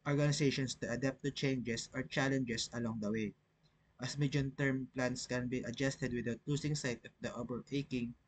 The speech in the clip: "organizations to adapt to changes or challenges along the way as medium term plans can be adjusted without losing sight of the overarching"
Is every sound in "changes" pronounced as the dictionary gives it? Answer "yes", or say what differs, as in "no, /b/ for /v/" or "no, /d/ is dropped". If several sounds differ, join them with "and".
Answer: no, /s/ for /z/